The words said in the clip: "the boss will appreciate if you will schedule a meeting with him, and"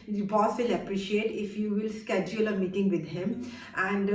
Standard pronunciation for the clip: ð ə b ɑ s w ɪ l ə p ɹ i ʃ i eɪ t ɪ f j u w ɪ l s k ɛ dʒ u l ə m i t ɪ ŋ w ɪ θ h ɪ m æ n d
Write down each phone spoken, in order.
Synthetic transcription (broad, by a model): b ɑ s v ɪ l ə p ɹ i ʃ i eɪ t ɪ f j u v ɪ l s k ɛ dʒ u l ə m i t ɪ ŋ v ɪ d h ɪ m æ n d